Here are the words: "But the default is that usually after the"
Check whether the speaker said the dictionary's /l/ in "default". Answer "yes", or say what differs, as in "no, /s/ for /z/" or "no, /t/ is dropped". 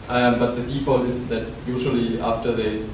yes